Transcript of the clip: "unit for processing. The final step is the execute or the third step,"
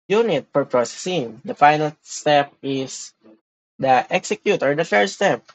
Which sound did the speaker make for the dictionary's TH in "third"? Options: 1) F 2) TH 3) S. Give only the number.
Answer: 1